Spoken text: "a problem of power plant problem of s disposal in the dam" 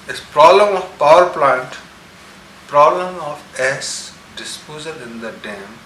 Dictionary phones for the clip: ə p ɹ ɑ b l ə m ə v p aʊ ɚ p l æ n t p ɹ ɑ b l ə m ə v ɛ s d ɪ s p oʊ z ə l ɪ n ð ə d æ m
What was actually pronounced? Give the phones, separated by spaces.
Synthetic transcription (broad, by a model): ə p ɹ ɑ b l ə m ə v p aʊ ɚ p l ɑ n t p ɹ ɑ b l ə m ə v ɛ s d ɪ s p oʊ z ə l ɪ n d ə d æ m